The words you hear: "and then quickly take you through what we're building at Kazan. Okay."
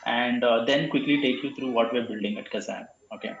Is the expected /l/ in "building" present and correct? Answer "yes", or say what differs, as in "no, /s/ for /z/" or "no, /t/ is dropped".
yes